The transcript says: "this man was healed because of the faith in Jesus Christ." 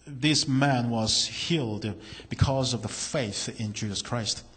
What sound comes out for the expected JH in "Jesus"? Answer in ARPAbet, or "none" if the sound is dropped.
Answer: JH